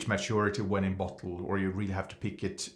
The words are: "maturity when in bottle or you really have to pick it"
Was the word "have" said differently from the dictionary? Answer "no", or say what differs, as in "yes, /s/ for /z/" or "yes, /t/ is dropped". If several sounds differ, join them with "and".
yes, /f/ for /v/